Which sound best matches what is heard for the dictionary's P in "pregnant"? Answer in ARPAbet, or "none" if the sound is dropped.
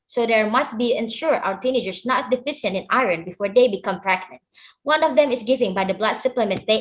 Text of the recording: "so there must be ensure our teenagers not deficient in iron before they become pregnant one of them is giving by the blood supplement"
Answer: F